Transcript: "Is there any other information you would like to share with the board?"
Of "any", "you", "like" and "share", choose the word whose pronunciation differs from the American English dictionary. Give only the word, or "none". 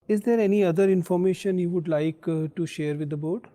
none